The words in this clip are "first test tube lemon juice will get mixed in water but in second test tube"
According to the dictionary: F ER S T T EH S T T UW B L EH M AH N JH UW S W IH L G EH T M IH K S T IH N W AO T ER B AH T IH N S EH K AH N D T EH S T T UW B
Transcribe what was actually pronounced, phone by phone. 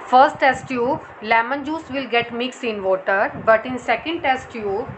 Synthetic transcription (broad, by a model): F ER S T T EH S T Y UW L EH M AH N JH UW S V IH L G EH T M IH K S IH N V AO T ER B AH T IH N S EH K AH N D T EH S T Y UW